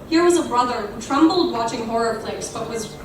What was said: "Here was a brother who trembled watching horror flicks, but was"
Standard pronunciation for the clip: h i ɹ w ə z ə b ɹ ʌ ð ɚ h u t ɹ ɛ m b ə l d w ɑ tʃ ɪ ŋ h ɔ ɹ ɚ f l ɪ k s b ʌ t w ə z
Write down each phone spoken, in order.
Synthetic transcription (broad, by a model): h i ɹ w ə z ə b ɹ ʌ ð ɚ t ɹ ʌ m b l d w ɑ tʃ ɪ ŋ h ɔ ɹ ɚ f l ɪ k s b ʌ t w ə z